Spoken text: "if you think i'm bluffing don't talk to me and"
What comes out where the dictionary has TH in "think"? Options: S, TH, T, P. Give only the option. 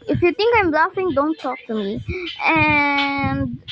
T